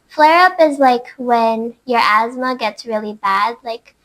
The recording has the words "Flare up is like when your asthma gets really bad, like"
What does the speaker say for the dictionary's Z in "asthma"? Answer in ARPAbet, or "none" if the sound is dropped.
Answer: Z